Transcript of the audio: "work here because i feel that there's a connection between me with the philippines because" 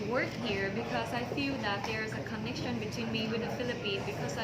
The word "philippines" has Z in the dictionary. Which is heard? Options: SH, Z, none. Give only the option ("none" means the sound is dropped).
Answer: none